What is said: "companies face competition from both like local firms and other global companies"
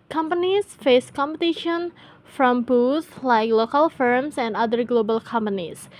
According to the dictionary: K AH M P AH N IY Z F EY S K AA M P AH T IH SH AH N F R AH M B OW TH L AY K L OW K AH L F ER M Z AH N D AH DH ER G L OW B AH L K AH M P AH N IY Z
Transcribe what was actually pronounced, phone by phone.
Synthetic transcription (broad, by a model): K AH M P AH N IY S F EY S K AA M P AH T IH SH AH N F R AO M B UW S L AY K L OW K AH L F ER M S AH N D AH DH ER G L OW B AH L K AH M P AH N IY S